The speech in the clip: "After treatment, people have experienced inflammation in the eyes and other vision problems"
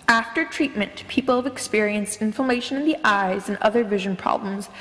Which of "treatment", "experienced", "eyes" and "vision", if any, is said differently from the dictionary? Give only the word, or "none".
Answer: none